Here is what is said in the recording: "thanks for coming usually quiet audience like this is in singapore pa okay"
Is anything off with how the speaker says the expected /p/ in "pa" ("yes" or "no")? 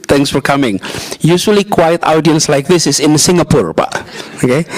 yes